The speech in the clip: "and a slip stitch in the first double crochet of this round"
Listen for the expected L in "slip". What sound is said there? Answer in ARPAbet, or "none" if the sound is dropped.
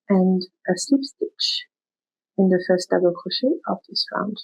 none